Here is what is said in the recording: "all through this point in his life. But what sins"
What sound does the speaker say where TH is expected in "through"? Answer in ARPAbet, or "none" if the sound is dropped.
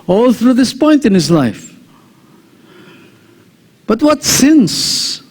TH